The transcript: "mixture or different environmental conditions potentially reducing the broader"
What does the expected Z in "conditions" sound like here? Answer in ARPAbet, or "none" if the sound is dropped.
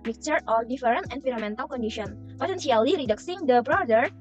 none